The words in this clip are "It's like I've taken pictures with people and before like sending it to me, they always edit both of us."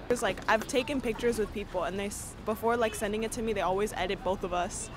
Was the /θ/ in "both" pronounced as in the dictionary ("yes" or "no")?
yes